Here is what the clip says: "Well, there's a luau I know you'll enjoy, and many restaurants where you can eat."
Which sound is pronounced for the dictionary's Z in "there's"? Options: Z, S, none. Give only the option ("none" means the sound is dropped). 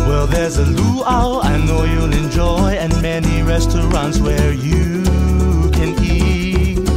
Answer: Z